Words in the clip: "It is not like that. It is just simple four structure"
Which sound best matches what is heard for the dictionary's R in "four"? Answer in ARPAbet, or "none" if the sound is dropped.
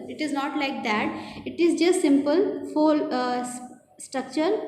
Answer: L